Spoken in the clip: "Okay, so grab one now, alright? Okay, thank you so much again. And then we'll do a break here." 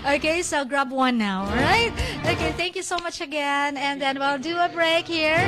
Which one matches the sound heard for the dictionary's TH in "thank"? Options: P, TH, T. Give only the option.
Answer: TH